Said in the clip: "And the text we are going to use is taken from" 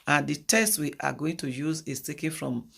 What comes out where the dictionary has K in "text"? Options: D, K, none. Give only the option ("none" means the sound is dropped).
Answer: none